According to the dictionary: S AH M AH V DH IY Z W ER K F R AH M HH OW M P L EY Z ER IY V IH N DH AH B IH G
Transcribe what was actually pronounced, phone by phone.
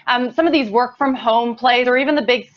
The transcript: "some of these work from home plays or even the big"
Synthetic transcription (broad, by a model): S AH M AH V DH IY Z W ER K F R AH M HH OW M P L EY Z ER IY V IH N DH AH B IH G